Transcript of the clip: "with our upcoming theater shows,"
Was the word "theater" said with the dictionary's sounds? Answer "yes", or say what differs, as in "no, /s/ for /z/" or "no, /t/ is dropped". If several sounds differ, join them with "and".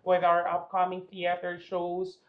yes